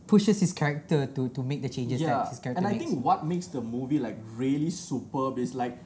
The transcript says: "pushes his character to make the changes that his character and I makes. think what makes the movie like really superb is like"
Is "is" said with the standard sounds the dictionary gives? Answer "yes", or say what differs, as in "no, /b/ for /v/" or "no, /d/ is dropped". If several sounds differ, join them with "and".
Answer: no, /s/ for /z/